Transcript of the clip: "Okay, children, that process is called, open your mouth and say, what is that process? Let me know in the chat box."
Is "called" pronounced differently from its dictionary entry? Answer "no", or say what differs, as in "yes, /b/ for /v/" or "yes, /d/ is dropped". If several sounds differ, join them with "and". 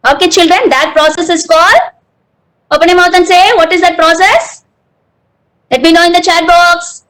yes, /d/ is dropped